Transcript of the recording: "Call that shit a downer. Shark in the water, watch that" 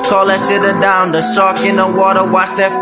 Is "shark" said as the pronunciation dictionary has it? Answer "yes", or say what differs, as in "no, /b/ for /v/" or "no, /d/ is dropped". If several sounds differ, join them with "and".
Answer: no, /s/ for /ʃ/